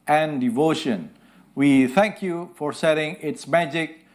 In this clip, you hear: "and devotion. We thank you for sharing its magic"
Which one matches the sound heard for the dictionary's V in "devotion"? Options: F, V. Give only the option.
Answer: V